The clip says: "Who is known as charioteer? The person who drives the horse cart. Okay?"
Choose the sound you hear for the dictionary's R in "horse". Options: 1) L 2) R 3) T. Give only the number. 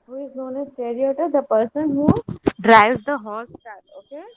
1